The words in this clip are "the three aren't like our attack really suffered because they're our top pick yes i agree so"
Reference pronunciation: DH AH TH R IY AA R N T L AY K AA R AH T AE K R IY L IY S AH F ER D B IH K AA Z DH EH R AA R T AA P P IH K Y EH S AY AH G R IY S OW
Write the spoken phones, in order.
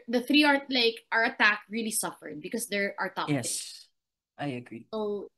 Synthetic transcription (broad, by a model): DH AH TH R IY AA R T L AY K AA R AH T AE K R IY L IY S AH F ER D B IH K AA S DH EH R AA R T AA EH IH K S AY AH G R IY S OW